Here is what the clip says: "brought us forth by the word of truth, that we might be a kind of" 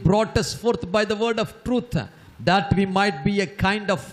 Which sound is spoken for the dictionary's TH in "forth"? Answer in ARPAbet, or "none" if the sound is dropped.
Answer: T